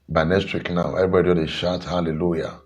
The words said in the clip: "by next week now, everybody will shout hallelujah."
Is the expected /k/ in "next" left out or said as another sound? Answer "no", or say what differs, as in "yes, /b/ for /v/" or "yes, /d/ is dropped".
yes, /k/ is dropped